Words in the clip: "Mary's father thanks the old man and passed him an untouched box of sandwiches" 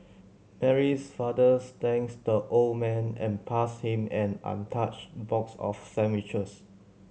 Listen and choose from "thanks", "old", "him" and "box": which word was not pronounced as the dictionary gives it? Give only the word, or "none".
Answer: thanks